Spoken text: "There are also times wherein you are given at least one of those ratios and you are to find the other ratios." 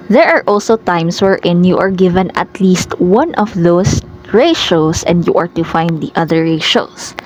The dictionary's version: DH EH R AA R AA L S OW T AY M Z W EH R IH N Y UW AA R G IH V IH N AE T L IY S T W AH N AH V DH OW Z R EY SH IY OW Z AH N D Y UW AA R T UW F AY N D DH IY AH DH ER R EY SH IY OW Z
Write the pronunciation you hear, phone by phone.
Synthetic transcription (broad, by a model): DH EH R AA R AA L S OW T AY M S W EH R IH N Y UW AA R G IH V IH N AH T L IY S T W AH N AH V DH OW S R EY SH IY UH S AH N D Y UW AA R T UW F AY N D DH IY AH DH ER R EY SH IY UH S